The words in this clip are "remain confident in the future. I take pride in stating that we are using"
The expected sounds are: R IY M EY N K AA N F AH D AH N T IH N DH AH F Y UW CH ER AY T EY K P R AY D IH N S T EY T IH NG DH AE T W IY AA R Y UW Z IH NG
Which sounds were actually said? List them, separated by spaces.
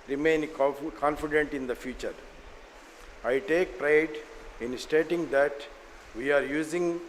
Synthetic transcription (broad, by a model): R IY M EY N K AA N F AH D AH N T IH N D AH F Y UW CH ER AY T EY K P R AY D IH N S T EY T IH NG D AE T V IY AA R Y UW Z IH NG